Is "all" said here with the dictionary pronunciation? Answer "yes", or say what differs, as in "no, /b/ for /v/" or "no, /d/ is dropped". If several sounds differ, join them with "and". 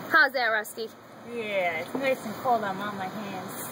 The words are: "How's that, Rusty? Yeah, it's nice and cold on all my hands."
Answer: no, /n/ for /l/